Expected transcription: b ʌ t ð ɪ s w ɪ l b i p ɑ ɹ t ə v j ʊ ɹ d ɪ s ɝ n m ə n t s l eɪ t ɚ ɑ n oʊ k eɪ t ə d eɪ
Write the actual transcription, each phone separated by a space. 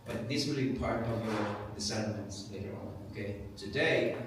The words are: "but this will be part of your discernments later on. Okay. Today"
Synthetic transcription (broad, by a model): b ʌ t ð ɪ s w ɪ l b i p ɑ ɹ t ə v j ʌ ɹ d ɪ s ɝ l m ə n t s l eɪ t ɚ ɑ n oʊ k eɪ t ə d eɪ